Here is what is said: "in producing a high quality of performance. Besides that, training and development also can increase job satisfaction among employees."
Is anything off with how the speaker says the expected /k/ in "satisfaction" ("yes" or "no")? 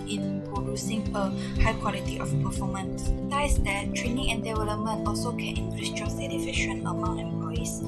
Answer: yes